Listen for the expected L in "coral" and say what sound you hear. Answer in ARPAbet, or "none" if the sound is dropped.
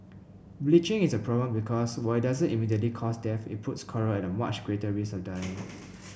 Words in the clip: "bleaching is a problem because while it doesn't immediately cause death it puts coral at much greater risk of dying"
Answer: N